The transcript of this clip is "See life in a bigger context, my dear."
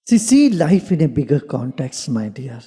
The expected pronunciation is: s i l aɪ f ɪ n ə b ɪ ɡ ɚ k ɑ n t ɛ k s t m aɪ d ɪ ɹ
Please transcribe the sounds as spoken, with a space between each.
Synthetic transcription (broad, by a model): s i l aɪ f ɪ n ə b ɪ ɡ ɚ k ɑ n t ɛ k s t m aɪ d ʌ ɹ